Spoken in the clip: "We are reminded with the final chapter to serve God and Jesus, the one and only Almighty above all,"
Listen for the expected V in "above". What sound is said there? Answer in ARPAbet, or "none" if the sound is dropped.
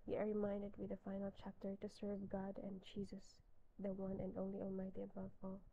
V